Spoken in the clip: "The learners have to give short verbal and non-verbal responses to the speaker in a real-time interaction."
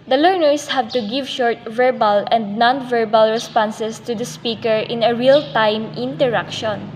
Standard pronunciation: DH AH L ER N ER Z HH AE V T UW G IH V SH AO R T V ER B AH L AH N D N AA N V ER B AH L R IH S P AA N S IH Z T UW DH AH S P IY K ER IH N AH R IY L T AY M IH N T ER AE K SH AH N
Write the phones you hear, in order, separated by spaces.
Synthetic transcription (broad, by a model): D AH L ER N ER S HH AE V T UW G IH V SH AO R T V ER B AH L AH N D N AA N V ER B AH L R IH S P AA N S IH S T UW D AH S P IY K ER IH N AH R IY L T AY M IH N T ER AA K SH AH N